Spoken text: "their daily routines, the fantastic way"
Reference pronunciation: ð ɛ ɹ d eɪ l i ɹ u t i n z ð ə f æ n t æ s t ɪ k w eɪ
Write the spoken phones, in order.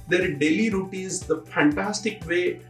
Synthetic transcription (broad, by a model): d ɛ ɹ d eɪ l i ɹ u t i z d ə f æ n t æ s t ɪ k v eɪ